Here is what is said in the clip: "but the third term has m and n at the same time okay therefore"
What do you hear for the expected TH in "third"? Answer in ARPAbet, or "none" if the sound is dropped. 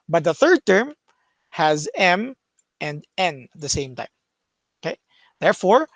TH